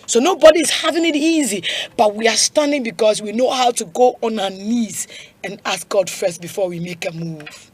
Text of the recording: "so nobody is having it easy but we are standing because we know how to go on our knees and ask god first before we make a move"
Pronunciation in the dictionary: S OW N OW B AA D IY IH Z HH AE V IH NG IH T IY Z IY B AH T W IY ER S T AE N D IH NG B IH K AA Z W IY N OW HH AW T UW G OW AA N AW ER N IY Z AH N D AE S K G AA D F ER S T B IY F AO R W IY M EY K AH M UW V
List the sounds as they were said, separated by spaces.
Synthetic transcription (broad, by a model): S OW N OW B AA D IY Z HH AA V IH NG IH T IY Z IY B AH T W IY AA S T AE N D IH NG B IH K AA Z W IY N OW HH AW T UW G OW AA N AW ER N IY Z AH N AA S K G AA D F ER S T B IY F AO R W IY M EY K AH M UW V